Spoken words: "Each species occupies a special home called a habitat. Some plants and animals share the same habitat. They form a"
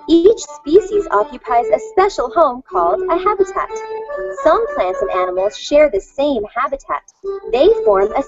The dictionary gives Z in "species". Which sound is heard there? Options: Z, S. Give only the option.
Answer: Z